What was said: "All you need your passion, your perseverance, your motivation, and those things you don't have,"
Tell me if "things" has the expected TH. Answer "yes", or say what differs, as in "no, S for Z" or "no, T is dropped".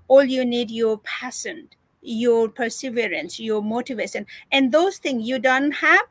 no, T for TH